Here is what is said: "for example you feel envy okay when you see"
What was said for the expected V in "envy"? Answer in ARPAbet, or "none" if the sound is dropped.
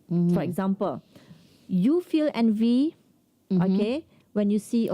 V